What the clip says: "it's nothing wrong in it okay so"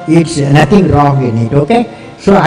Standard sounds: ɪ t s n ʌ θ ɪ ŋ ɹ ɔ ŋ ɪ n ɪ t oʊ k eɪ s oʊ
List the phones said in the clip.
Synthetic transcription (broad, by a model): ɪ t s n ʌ t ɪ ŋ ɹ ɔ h ɪ n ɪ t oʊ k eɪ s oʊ